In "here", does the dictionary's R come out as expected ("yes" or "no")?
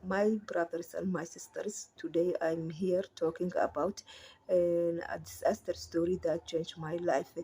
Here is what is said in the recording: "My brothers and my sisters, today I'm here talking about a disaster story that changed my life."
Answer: yes